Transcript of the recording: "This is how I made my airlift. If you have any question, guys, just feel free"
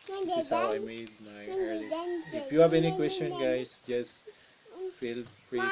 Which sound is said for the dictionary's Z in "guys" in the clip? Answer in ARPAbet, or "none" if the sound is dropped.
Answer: S